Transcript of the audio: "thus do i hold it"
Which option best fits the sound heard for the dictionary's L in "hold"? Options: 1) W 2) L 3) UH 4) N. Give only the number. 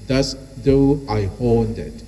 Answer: 4